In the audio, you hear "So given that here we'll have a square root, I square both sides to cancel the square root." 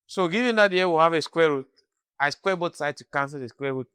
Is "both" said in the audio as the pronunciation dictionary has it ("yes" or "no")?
no